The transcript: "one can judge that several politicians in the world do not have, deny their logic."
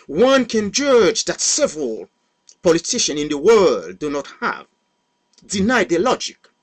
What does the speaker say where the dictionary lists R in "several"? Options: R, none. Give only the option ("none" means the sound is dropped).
R